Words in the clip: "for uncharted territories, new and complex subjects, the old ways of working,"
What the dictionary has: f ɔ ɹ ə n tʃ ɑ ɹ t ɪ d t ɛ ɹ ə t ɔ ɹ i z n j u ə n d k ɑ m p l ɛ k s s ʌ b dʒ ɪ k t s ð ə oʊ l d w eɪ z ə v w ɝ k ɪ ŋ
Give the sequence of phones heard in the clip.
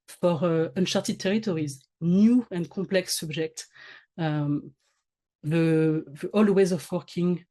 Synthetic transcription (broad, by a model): f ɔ ɹ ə n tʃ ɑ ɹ t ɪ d t ɛ ɹ ə t ɔ ɹ i z n j u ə n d k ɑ p l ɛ k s s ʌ b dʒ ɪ k t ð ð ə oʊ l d w eɪ z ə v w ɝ k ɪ ŋ